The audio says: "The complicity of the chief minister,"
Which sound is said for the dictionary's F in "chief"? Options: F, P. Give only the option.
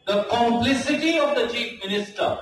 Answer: F